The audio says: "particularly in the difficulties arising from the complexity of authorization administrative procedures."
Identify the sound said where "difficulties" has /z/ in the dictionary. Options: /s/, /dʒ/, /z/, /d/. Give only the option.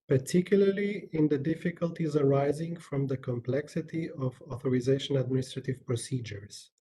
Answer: /z/